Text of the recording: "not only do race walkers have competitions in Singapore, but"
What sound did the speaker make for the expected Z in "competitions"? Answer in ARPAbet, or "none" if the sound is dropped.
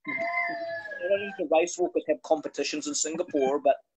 Z